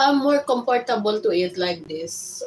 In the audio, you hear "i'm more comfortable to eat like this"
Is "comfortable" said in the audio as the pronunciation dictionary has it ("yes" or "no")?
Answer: no